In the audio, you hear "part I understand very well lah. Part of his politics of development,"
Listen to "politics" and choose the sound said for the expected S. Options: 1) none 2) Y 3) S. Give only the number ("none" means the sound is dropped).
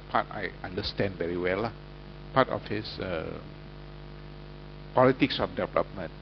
3